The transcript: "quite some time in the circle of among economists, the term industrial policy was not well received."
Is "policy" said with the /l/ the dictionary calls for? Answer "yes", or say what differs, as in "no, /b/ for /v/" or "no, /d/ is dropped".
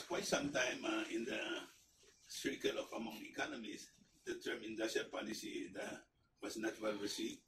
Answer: no, /n/ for /l/